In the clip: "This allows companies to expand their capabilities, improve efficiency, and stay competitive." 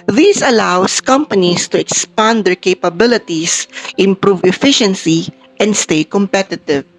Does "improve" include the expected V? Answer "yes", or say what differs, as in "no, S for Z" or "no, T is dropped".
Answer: yes